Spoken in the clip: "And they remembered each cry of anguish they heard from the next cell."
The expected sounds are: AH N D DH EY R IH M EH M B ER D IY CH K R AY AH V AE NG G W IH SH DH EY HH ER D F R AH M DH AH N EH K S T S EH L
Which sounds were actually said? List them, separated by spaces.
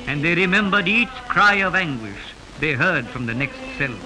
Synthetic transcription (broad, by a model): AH N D DH EY R IH M EH M B ER D IY CH K R AY AH V AE NG G W IH SH DH EY HH ER D F R AH M DH AH N EH K S T S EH L